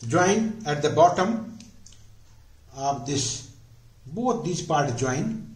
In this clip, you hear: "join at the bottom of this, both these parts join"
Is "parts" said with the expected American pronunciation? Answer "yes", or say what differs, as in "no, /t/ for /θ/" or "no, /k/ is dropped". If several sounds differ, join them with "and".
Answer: no, /s/ is dropped